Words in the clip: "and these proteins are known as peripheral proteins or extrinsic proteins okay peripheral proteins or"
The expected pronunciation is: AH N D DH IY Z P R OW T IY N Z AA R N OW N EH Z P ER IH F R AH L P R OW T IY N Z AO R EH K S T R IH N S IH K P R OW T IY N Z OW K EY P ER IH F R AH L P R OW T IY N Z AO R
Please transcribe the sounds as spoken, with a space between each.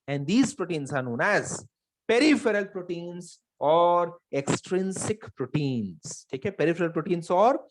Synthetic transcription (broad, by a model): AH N D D IY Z P R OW T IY N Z AA R N OW N EH Z P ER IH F R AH L P R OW T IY N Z AO R EH K S T R IH N S IH K P R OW T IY N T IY K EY P ER IH F R AH L P R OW T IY N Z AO R